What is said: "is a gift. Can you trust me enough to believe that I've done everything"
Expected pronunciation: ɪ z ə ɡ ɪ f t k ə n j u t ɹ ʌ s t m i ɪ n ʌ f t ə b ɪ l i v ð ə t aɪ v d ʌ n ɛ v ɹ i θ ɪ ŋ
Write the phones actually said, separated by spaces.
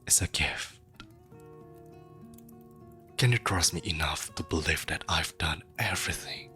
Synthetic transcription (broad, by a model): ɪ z ə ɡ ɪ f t k ə n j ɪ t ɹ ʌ s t m i ɪ n ʌ f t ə b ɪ l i f ð ə t aɪ v d ʌ n ɛ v ɹ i θ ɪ ŋ